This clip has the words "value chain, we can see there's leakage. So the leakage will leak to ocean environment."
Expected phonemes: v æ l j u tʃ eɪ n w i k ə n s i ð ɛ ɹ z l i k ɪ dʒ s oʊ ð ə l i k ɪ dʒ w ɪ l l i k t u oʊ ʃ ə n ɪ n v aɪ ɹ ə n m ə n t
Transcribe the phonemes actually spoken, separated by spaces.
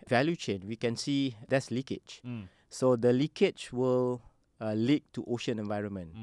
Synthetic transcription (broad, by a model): v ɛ l j u tʃ eɪ n w i k ə n s i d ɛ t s l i k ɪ tʃ s oʊ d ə l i k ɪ tʃ w ɪ l l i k t u oʊ ʃ ə n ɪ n v aɪ ɹ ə n m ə n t